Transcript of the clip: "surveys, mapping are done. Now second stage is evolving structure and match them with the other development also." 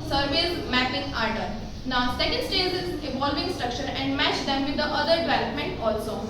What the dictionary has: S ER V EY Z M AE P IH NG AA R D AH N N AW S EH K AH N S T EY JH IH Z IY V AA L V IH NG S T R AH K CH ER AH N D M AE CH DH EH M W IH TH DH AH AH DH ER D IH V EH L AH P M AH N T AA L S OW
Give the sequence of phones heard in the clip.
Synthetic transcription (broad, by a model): S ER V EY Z M AE P IH NG AA R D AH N N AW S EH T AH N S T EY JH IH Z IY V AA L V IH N S T R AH K SH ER AH N D M AE CH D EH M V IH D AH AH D ER D IH V EH L AH P M AH N T AA L S OW